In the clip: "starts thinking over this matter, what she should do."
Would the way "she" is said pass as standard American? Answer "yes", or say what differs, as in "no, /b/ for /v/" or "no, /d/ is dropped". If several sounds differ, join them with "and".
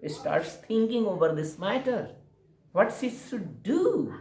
no, /s/ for /ʃ/